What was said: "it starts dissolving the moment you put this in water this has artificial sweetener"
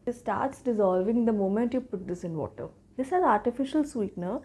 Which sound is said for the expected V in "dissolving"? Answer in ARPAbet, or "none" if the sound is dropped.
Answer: V